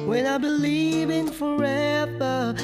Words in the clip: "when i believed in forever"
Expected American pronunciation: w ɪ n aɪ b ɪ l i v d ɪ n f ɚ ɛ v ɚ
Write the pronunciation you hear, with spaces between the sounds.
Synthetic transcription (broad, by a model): w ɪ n aɪ b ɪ l i v ɪ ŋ f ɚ ɛ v ɚ